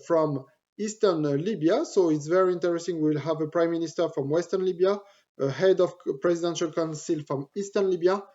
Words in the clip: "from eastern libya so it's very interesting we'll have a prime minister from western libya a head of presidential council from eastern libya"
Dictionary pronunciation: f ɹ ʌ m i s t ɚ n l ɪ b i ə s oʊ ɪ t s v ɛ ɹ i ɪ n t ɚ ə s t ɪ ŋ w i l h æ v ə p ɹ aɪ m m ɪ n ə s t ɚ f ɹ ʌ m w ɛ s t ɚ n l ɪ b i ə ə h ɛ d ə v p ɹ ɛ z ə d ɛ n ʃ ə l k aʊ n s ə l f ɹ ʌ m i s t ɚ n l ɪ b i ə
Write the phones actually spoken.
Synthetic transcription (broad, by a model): f ɹ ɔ m i s t ɚ n l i b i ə s oʊ ɪ t s v ɛ ɹ i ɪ n t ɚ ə s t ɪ ŋ w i l h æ v ə p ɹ aɪ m m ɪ n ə s t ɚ f ɹ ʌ m w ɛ s t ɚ n l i b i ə ə h ɛ d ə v p ɹ ɛ z ə d ɛ n ʃ ə l k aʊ n s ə l f ɹ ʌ m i s t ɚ n l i b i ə